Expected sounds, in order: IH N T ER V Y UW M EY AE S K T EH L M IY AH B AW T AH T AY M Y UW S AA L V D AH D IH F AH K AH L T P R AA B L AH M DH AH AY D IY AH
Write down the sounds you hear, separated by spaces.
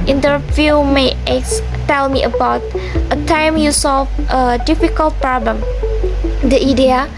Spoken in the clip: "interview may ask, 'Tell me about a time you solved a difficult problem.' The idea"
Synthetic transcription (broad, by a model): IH N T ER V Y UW M EY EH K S T EH L M IY AH B AW T AH T AY M Y UW S AA L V AH D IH F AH K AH L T P R AA B L AH M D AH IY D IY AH